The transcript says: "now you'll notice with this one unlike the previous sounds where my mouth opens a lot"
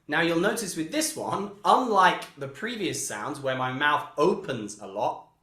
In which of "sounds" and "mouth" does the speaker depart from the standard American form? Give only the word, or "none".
none